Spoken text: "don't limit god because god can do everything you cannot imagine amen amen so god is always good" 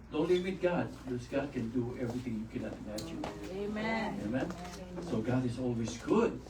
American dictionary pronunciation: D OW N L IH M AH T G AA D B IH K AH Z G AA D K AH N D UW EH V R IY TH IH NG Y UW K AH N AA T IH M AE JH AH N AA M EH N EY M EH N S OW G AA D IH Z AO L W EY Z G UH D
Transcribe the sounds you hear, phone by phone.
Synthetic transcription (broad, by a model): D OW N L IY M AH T G AA D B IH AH S G AA D K AH N D UW EH V R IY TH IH NG Y UW K AH N AA T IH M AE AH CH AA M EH EY M EH N S OW G AA D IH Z AO L W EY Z G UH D